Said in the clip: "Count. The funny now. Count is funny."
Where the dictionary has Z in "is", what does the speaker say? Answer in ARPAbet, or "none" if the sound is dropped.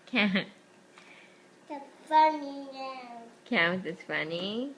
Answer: S